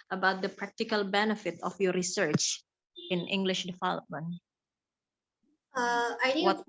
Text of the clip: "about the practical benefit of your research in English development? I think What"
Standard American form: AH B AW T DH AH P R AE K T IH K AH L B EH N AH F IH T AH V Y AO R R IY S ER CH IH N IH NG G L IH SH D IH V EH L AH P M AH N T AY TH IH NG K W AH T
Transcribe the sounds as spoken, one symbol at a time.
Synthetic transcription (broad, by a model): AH B AW T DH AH P R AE K T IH K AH L B EH N AH F IH T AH F Y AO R R IY S ER CH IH N IH NG G L IH SH D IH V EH L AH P M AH N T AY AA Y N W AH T